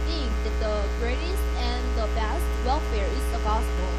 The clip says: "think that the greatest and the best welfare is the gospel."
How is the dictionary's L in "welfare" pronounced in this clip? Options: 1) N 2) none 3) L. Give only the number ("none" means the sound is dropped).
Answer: 3